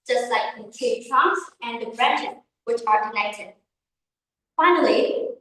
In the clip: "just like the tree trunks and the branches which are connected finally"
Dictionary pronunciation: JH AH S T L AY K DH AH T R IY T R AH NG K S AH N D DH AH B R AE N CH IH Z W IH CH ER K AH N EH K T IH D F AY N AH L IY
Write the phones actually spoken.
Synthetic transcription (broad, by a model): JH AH S T L AY K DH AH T IY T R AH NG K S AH N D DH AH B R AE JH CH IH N W IH CH ER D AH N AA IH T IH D F AY N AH L IY